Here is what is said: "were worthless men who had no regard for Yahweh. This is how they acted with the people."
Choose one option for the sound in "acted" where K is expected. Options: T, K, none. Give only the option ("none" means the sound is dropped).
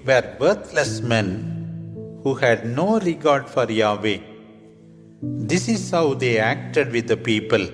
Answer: K